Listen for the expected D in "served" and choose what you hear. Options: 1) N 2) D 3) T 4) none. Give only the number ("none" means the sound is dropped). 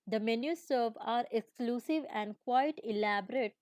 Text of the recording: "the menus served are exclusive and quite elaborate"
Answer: 4